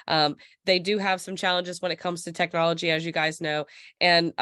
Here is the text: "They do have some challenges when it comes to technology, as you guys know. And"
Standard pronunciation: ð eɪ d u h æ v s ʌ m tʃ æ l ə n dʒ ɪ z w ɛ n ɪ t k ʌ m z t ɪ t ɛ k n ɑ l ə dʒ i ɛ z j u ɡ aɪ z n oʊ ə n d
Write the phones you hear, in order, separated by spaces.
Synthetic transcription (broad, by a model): ð eɪ d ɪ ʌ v s ʌ m tʃ æ l ə n dʒ ɪ z w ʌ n ɪ t k ʌ m z t ɪ t ɛ k n ɑ l ə dʒ i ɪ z j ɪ ɡ aɪ z n oʊ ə n